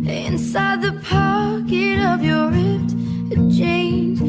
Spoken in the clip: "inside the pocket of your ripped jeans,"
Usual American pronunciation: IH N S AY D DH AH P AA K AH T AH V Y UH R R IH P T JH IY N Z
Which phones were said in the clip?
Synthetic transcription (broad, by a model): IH N S AY D DH AH P AA K AH T AH V Y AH R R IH T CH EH N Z